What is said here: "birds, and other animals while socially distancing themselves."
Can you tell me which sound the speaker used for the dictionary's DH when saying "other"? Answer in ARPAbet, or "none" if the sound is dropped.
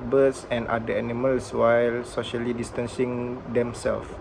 none